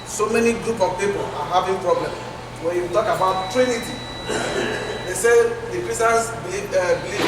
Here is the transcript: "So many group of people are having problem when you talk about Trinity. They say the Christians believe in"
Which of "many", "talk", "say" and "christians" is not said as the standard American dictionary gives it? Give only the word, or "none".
christians